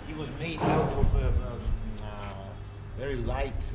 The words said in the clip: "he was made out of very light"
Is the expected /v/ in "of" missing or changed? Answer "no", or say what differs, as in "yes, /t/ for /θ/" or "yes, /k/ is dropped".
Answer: yes, /f/ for /v/